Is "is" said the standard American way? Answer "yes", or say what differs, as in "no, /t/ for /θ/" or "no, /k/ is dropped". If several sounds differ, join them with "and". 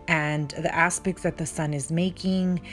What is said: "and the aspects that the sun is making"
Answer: yes